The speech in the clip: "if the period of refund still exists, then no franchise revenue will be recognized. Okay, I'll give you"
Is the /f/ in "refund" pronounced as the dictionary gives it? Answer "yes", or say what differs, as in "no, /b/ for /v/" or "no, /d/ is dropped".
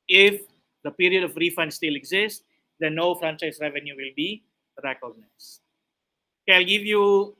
yes